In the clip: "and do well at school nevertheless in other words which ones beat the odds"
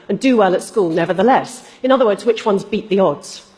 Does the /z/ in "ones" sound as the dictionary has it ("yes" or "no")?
yes